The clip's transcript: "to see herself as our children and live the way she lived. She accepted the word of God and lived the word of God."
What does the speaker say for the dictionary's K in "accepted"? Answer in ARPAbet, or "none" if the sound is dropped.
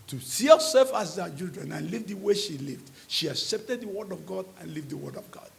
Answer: K